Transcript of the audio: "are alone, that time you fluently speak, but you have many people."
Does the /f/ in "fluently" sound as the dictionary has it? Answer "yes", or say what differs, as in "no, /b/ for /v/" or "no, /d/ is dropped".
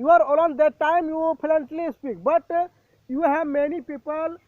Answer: no, /p/ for /f/